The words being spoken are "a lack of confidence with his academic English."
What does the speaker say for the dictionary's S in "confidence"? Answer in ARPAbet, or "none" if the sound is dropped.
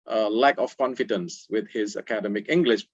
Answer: S